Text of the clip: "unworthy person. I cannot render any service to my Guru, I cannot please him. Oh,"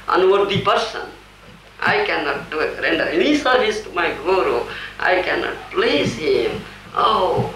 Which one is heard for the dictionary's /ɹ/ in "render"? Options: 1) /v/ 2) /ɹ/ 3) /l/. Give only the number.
2